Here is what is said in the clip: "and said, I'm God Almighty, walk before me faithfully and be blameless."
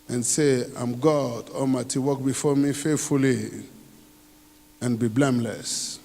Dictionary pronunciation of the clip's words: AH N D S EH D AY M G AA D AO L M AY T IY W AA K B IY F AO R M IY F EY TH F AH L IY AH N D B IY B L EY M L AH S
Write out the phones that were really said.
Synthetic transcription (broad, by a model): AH N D S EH AY M G AA D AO M AY T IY W AA K B IY F AO R M IY F EY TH F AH L IY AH N B IY B L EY M L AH S